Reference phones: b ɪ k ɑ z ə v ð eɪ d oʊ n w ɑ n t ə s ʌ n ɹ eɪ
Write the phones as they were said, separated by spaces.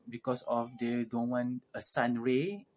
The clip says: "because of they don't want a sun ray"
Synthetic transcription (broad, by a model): b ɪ k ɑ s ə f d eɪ d oʊ n w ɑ n ə s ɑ n ɹ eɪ